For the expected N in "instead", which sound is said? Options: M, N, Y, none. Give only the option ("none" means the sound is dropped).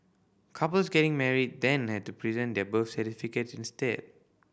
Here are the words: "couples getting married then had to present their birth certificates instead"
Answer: N